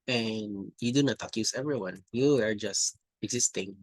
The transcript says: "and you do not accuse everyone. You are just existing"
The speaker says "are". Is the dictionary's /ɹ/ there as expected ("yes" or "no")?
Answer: yes